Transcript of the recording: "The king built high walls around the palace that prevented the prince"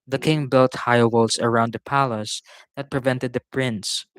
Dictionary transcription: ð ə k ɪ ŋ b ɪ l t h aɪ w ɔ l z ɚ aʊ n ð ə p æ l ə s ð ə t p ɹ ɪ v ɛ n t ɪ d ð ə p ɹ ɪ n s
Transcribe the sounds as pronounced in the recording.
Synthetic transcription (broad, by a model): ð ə k ɪ ŋ b ɪ l t h aɪ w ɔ l s ɚ aʊ n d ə p æ l ə s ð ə t p ɹ ɪ v ɛ n t ɪ d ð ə p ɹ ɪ n s